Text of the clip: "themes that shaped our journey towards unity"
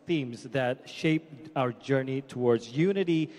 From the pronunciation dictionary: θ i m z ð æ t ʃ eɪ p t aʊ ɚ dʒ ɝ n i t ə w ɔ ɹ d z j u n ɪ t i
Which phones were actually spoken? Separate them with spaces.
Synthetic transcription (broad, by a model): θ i m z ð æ t ʃ eɪ p aʊ ɚ dʒ ɝ n i t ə w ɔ ɹ d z j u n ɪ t i